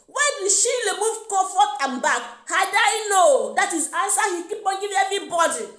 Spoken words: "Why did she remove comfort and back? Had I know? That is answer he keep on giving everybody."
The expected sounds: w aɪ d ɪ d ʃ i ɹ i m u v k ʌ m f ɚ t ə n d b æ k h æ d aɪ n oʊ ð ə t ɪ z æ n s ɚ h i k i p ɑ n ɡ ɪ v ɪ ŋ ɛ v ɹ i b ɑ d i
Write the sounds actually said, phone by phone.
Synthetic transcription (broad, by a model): w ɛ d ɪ ʃ i l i m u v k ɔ f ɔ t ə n b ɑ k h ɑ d aɪ n oʊ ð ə t ɪ z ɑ n s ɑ h i k i p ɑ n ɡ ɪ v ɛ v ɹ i b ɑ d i